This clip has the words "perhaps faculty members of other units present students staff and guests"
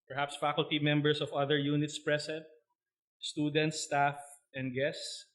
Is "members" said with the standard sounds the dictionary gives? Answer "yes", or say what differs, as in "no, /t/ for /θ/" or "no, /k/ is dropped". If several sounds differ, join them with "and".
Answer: no, /s/ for /z/